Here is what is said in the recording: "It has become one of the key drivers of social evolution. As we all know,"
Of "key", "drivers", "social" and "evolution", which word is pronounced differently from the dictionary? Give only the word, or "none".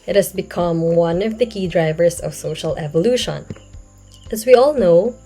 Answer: drivers